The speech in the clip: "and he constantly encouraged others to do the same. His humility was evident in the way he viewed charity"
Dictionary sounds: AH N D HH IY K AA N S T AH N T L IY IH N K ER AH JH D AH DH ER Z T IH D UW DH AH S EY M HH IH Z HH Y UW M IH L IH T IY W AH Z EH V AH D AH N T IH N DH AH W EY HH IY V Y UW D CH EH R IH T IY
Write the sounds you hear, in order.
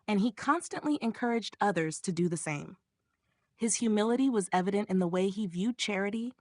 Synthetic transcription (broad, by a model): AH N IY K AA N S T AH N T L IY IH N K ER AH JH D AH DH ER Z T IH D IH DH AH S EY M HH IH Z HH Y UW M IH L IH T IY W AH Z EH V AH D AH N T IH N DH AH W EY IY V Y UW D CH EH R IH T IY